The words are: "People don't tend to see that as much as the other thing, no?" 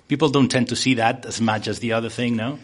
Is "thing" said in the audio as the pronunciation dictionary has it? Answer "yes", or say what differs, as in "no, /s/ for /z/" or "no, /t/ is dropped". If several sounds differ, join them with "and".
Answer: yes